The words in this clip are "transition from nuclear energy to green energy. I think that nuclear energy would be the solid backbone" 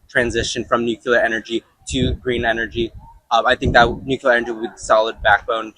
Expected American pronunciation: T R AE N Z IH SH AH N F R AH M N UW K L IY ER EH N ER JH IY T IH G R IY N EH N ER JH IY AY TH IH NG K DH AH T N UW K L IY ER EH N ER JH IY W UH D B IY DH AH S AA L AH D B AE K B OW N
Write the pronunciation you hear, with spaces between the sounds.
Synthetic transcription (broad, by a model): T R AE N Z IH SH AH N F R AH M N UW K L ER EH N ER JH IY T IH G R IY N EH N ER JH IY AY TH IH NG K DH AH T N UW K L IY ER EH N ER JH IY W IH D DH S AA L AH D B AE K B OW N